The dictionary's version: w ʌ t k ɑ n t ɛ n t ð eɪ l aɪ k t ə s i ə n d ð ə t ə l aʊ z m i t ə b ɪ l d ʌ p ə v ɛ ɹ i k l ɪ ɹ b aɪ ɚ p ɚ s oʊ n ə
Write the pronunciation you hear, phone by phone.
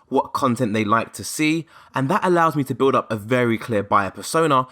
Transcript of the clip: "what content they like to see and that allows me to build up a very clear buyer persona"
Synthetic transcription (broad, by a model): w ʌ t k ɑ n t ɛ n t ð eɪ l aɪ k t ə s i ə n ð ə t ə l aʊ z m i t ə b ɪ l d ʌ p ə v ɛ ɹ i k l ɪ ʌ b aɪ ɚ p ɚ s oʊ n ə